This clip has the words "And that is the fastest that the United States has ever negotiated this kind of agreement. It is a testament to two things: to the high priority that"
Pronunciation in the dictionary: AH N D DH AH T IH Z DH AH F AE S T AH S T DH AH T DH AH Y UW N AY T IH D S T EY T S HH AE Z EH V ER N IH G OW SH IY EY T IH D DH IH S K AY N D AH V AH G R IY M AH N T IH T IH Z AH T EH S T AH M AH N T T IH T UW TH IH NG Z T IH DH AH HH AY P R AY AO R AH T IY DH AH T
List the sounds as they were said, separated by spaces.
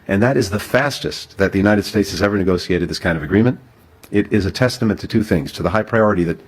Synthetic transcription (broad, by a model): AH N DH AH T IH Z DH AH F AE S T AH S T DH AH T DH AH Y UW N AY T IH D S T EY T S HH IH Z EH V ER N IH G OW S IY EY T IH D DH IH S K AY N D AH V AH G R IY M AH N T IH T IH Z AH T EH S T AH M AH N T T IH T UW TH IH NG Z T IH DH AH HH AY P R AY AO R AH T IY DH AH T